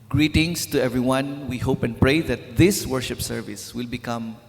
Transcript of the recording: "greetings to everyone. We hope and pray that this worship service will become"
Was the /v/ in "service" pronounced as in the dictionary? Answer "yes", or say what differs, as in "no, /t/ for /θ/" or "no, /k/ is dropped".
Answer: yes